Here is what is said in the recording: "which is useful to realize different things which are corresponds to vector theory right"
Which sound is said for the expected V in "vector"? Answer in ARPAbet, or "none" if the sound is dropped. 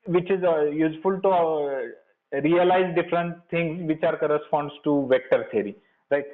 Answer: V